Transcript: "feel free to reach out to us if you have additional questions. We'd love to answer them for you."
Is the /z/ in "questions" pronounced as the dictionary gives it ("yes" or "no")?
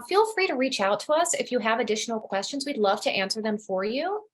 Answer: yes